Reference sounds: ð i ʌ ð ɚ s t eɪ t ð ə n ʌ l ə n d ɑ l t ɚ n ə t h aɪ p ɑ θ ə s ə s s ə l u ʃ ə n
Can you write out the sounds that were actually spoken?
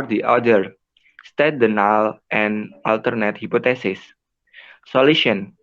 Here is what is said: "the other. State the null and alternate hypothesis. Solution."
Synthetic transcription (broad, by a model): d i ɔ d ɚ s t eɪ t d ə n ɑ l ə n ɑ l t ɚ n ə t h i p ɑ t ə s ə s s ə l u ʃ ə n